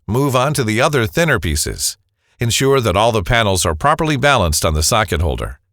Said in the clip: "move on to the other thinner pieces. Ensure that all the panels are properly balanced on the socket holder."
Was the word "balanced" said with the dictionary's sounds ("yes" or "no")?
yes